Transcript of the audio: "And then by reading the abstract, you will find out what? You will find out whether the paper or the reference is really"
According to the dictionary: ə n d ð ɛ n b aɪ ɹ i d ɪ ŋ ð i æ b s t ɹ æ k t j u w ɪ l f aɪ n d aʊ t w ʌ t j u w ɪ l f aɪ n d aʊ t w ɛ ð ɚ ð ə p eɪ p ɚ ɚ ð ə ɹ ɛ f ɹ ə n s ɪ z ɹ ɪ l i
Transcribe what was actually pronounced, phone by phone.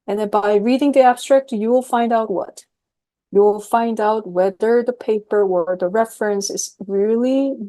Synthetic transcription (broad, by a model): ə n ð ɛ n b aɪ ɹ i d ɪ ŋ ð i æ b s t ɹ æ k t j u w ɪ l f aɪ n d aʊ t w ʌ t j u w ɪ l f aɪ n d aʊ t w ɛ ð ɚ ð ə p eɪ p ɚ ɚ ð ə ɹ ɛ f ɹ ə n s ɪ z ɹ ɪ l i